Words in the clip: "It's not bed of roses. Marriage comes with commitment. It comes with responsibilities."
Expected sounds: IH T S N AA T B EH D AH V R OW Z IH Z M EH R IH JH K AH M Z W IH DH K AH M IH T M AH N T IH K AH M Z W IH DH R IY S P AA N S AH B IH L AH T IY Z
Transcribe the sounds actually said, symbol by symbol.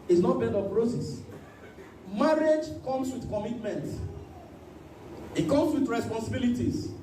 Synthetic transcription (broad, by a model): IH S N AA T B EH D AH P R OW S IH S M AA R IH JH K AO M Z W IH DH K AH M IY T M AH N T IH K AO M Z W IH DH R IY S P AA N S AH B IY L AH T IY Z